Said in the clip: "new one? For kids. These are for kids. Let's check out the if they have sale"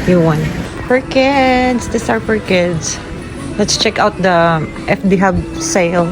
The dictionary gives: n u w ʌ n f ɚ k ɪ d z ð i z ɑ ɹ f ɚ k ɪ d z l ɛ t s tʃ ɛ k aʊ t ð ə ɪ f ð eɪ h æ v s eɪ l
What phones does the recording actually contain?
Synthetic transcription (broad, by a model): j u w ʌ n p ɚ k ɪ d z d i s ɑ ɹ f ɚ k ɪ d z l ɛ t s tʃ ɛ k aʊ t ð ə ɪ f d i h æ b s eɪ l